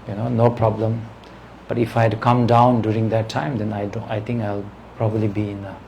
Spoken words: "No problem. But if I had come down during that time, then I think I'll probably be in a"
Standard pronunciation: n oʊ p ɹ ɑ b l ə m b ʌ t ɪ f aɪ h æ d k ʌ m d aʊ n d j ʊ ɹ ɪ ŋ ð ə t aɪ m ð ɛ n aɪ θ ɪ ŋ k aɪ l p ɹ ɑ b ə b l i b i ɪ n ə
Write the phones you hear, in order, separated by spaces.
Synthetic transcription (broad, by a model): n oʊ p ɹ ɑ b l ə m b ʌ t ɪ f aɪ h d k ʌ m d aʊ n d j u ɹ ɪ ŋ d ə t aɪ m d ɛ n aɪ t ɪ ŋ k aɪ l p ɹ ɑ b ə b l i b i ɪ n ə